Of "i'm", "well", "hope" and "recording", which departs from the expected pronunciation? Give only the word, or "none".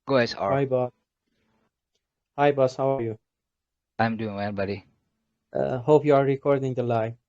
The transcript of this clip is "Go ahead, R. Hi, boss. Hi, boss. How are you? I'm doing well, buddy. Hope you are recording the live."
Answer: well